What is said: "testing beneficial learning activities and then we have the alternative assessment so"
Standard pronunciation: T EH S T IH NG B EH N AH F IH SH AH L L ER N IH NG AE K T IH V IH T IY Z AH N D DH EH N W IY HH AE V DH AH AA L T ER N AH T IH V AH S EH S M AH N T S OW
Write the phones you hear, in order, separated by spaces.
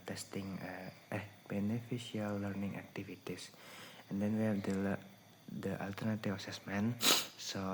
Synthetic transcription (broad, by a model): T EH S T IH NG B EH N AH F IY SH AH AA L ER N IH NG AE K T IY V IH T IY S AH N D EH N W IY HH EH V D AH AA L T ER N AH T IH F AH S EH S M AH N S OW